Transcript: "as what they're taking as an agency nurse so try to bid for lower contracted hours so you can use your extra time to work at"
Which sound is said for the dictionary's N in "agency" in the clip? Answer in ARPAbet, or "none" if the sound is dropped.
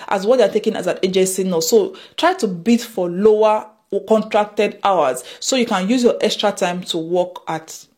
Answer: none